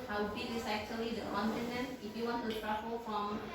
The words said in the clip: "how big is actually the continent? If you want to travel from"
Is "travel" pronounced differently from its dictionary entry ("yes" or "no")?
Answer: yes